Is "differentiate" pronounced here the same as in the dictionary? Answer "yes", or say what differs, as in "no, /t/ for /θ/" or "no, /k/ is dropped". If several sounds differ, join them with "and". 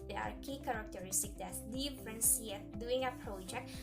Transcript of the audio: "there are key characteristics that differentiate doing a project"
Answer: no, /s/ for /ʃ/